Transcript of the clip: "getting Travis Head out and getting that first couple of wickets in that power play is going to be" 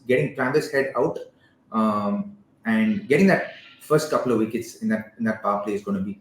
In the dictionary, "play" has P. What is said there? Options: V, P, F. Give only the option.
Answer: F